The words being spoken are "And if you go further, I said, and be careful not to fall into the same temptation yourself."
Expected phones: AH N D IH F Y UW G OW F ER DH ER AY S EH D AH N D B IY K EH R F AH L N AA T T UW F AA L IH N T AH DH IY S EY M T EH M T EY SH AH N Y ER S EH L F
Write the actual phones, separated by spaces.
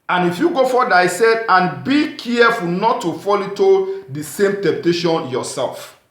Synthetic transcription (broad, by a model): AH N IH F Y UW G OW F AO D AY S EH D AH N B IY K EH F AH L N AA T T UW F AA L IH T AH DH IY S EY M T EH M T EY SH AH N Y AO S EH L F